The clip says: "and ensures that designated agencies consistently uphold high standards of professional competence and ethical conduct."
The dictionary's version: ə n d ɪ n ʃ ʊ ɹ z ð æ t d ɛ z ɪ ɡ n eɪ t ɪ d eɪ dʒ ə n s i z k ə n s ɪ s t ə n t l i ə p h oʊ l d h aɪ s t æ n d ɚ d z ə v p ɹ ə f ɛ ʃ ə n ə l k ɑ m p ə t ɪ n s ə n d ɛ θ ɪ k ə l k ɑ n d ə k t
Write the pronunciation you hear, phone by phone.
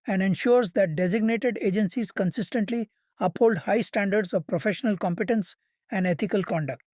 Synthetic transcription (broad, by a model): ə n d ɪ n ʃ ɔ ɹ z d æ t d ɛ z ɪ ɡ n eɪ t ɪ d eɪ dʒ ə n s i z k ə n s ɪ s t ə n t l i ə p h oʊ l d h aɪ s t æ n d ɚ d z ə v p ɹ ə f ɛ ʃ ə n ə l k ɑ m p ə t ɪ n s ə n d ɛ t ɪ k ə l k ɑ n d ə k t